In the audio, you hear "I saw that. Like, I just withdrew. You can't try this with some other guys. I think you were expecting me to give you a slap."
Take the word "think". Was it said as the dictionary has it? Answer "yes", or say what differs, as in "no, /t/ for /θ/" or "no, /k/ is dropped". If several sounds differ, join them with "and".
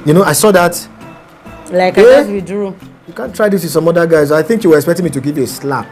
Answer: yes